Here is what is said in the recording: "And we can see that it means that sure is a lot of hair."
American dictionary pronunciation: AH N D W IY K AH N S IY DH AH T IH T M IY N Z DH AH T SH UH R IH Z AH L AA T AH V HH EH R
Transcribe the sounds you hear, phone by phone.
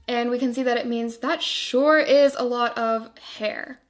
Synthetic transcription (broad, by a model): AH N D W IY K AH N S IY DH AH T IH T M IY N Z DH AH T SH UH R IH Z AH L AA T AH V HH EH R